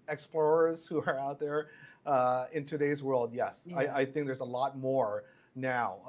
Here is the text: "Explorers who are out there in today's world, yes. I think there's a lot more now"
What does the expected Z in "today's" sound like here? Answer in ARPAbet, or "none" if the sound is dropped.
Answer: Z